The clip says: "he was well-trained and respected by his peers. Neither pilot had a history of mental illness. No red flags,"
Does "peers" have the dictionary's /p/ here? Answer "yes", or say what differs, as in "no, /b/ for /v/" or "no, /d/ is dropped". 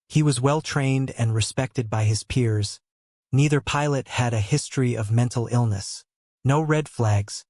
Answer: yes